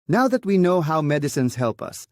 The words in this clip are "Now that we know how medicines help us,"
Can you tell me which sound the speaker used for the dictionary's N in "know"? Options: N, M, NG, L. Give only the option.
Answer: N